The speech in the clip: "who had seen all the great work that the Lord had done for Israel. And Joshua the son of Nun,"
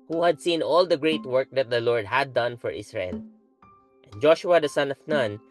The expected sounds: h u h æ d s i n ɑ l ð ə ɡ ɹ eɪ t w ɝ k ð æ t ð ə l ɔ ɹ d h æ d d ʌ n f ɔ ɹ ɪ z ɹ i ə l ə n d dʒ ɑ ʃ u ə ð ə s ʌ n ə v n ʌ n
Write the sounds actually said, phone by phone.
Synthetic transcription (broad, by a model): h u h æ d s i n ɑ l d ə ɡ ɹ eɪ t w ɝ k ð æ t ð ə l ɔ ɹ d h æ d d ʌ n f ɔ ɹ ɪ s ɹ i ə l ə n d dʒ ɑ ʃ u ə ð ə s ʌ n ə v n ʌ n